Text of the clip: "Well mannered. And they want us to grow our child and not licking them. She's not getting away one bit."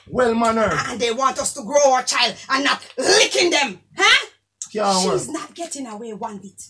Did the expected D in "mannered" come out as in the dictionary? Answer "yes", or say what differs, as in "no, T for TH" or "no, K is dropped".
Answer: no, D is dropped